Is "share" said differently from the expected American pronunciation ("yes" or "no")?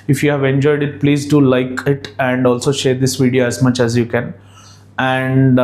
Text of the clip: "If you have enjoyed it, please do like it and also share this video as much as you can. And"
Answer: no